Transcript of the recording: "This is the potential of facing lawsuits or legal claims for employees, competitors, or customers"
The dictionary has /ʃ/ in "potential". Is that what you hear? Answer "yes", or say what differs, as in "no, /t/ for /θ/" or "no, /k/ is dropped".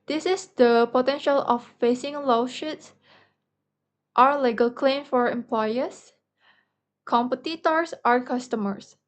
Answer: yes